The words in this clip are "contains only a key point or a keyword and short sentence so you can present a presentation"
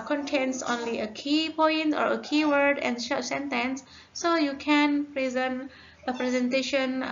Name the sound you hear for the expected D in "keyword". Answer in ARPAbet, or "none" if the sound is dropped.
D